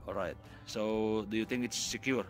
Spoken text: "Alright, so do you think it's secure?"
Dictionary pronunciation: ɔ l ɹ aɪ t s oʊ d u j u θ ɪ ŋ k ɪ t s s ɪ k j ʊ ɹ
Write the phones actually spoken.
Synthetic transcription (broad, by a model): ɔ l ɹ aɪ t s oʊ d u j u t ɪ ŋ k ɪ t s s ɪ k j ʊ ɹ